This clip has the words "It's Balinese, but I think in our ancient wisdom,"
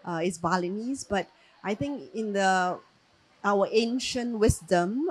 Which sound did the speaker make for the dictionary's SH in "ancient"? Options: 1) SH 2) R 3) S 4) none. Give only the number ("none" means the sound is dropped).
1